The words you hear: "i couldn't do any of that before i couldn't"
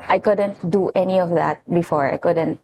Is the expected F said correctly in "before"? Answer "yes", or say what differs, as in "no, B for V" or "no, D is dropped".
yes